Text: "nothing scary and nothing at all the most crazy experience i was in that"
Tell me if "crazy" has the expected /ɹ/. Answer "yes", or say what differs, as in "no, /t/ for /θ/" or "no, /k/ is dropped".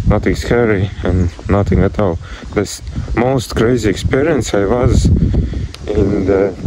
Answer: yes